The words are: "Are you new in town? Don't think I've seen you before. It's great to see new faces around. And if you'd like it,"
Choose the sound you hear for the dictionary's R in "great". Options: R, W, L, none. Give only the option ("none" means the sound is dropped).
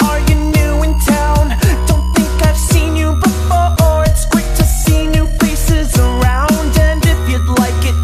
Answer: W